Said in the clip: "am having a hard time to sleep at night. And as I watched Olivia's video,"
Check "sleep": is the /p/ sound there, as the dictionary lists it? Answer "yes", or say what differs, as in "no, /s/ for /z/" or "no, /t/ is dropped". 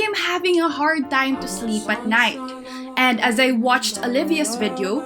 yes